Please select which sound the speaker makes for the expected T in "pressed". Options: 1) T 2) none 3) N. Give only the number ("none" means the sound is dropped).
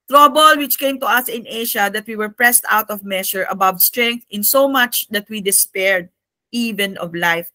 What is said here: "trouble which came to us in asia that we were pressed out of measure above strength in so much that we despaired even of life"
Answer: 1